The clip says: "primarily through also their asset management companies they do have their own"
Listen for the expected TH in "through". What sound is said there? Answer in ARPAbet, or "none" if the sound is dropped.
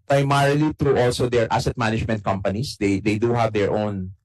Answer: T